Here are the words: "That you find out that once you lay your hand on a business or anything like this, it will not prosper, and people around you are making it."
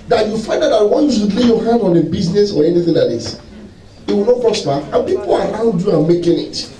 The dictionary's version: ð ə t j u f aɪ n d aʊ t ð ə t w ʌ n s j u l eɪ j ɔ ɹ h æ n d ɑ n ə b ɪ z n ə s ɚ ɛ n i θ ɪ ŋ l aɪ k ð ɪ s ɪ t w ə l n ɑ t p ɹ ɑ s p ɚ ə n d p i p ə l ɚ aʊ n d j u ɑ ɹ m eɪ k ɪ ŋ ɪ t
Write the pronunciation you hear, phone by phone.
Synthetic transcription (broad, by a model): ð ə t j u f aɪ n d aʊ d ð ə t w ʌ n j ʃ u l eɪ j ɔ h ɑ n d ɑ n ə b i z n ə s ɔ ɛ n i θ ɪ ŋ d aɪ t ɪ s ɪ t w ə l n ɑ t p ɹ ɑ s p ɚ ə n p i p ə l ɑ aʊ n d j u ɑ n m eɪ k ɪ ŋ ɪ t